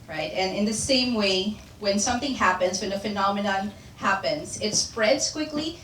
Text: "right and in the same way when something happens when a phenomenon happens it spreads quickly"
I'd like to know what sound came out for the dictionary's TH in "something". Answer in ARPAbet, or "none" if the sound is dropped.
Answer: TH